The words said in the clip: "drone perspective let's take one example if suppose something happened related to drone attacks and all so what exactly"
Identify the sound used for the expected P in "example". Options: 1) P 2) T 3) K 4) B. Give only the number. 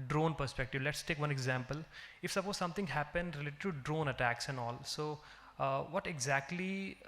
1